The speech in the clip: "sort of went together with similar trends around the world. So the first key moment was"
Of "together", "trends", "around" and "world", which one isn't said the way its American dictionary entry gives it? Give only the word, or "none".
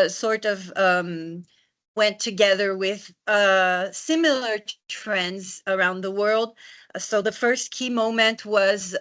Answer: none